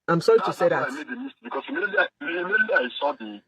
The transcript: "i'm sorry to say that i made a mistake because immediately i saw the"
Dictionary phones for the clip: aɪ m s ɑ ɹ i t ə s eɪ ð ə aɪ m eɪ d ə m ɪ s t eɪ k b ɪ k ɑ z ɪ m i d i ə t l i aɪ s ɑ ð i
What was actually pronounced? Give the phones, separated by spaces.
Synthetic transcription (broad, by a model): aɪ m s ɑ ɹ i t ə s eɪ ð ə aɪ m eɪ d ə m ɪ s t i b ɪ k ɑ s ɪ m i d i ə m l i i s ɑ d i